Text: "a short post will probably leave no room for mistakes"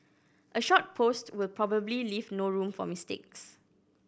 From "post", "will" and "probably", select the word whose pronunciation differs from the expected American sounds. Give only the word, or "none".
none